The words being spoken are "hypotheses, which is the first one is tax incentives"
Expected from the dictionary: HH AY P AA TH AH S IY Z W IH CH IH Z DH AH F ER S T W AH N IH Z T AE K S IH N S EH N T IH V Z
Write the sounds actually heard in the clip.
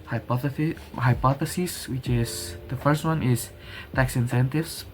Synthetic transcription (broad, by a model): HH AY P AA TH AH S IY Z W IH CH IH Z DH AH F ER S T W AH N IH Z T AE K S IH N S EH N T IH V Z